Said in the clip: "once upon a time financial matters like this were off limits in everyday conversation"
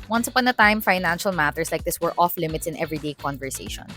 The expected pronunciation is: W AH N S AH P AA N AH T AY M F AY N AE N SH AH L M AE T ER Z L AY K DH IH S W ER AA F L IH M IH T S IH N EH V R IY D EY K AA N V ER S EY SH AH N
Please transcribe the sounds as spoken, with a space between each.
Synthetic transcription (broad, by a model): W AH N S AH P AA N AH T AY M F AY N AE N SH AH L M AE T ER S L AY K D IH S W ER AA F L IH M IH T S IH N EH V R IY D EY K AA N V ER S EY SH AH N